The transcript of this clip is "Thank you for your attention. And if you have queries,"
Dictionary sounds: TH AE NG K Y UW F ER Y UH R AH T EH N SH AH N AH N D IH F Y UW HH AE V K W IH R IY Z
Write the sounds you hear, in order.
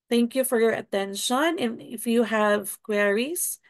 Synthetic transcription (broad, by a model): TH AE NG K Y UW F ER Y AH R AH T EH N SH AH N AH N IH F Y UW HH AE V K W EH R IY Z